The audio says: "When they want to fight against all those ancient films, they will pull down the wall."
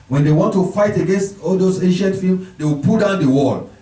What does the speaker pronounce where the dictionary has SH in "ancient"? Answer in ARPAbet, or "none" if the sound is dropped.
SH